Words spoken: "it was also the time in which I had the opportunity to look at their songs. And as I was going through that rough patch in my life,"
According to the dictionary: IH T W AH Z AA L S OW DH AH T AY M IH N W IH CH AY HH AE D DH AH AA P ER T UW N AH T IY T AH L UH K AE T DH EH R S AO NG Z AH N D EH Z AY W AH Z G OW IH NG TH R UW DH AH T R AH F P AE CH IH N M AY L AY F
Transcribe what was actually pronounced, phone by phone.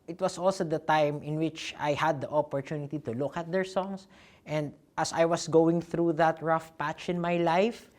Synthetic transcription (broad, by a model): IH T W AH S AA L S OW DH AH T AY M IH N W IH CH AY HH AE D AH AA P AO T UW N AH T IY T AH L UH K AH T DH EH R S AO NG S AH N D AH S AY W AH S G OW IH NG TH R UW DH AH T R AH F P AE CH IH N M AY L AY F